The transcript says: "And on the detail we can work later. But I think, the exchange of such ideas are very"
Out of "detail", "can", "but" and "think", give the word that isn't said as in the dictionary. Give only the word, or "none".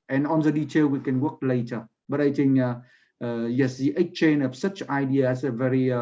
think